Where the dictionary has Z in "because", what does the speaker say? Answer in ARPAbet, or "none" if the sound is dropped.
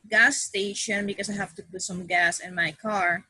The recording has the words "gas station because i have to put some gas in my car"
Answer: S